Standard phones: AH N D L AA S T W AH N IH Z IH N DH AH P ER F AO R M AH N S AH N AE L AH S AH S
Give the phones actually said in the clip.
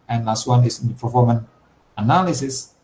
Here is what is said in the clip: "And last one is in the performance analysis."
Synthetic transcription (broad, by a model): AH N L AA S T W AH N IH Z IH N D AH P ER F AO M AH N AH N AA L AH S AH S